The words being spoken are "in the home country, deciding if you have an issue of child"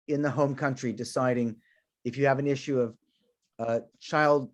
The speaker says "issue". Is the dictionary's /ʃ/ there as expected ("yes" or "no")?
yes